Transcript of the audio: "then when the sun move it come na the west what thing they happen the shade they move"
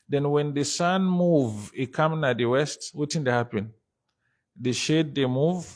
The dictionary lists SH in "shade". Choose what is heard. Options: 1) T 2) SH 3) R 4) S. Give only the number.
2